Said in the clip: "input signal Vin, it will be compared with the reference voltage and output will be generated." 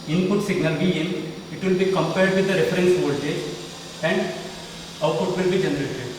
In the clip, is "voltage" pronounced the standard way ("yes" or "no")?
no